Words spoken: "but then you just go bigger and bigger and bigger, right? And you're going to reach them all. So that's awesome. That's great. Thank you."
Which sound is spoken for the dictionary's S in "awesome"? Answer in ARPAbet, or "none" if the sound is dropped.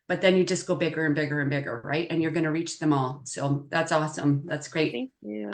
S